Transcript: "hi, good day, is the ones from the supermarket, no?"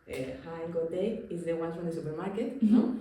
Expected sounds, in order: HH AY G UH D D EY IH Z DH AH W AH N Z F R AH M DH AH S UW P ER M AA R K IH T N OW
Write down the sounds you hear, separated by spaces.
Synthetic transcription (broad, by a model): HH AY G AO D D EY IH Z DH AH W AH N F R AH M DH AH S UW P ER M AA R K IH T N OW